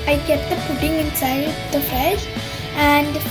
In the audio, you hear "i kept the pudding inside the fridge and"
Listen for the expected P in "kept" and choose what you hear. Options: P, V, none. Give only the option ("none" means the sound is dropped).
none